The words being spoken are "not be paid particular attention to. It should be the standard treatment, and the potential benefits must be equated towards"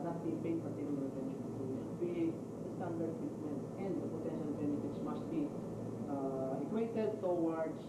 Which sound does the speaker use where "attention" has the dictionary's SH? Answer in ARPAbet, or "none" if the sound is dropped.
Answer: none